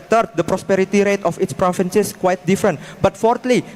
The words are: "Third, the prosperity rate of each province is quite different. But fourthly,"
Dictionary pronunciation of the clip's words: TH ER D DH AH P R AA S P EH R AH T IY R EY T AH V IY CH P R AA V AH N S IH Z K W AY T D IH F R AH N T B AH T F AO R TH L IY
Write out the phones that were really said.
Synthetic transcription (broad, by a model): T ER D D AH P R AA S P EH R AH T IY R EY T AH F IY S P R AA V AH N S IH S K W AY T D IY F R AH N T B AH T F AO R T L IY